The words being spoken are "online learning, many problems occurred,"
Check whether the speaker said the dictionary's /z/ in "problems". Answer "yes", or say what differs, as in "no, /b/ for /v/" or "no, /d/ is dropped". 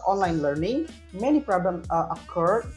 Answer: no, /z/ is dropped